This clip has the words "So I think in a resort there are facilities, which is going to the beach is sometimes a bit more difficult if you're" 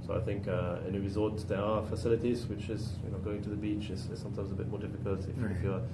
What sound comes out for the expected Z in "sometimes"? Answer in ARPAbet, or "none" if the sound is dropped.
Z